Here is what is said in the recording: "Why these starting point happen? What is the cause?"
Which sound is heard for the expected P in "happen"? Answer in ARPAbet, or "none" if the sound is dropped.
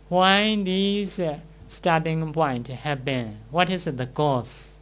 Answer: B